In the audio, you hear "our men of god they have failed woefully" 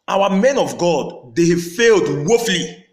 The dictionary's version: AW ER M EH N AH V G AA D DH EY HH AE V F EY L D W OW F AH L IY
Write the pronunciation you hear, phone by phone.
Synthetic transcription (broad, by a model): AW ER M EH N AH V G AA D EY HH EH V F EY L D W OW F L IY